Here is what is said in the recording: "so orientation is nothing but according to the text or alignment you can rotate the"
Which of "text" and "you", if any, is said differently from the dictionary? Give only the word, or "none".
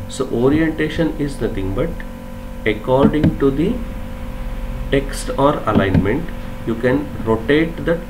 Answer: none